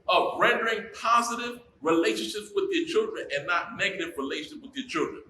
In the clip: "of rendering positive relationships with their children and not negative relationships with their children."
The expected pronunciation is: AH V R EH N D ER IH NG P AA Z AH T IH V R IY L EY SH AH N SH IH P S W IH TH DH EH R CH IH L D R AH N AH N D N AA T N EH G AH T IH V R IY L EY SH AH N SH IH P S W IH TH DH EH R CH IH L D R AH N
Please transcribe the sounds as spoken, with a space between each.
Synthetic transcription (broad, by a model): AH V R EH N D ER IH NG P AA Z AH T IH V R IY L EY SH AH N SH IH P S W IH DH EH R CH IH L D R AH N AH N N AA T N EH G AH T IH V R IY L EY SH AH N SH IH P W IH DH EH R CH IH L D R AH N